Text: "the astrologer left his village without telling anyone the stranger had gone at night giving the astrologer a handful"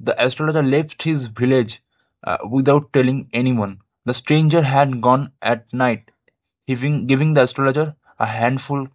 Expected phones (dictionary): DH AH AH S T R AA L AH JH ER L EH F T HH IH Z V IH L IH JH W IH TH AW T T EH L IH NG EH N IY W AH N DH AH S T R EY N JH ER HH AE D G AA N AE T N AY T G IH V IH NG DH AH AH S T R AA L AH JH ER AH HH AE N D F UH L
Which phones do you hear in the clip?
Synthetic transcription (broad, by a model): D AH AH S T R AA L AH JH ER L EH F T HH IH Z V IH L IH JH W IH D AW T T EH L IH NG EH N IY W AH N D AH S T R EY N JH ER HH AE D G AA N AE T N AY T G IH V IH NG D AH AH S T R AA L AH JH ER AH HH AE N D F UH L